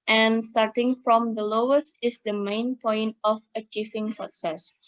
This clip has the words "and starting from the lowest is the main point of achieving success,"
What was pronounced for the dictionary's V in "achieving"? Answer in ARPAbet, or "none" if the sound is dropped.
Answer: F